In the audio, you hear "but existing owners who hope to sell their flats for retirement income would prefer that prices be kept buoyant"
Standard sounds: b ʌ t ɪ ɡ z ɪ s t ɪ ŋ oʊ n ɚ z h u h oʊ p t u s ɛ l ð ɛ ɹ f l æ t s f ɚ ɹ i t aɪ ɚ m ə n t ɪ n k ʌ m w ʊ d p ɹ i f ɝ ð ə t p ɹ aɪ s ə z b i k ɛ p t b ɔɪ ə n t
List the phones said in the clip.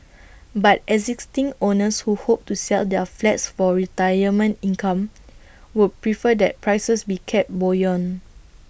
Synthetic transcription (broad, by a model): b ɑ t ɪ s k s t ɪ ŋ oʊ n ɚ s h u h oʊ p t u s ɛ l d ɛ f l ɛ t s f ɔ ɹ i t aɪ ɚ m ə n t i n k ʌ m w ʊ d p ɹ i f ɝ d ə t p ɹ aɪ s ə s b i k ɛ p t b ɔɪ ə n